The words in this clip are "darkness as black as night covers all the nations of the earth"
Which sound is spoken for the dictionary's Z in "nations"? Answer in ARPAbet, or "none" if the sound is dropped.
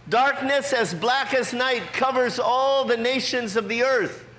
Z